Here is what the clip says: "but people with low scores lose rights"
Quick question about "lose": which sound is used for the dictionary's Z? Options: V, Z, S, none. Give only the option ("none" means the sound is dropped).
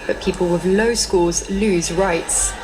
Z